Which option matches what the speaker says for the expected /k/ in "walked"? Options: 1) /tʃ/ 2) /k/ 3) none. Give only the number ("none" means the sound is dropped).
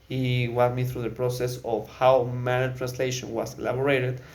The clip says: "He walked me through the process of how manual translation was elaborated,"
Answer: 3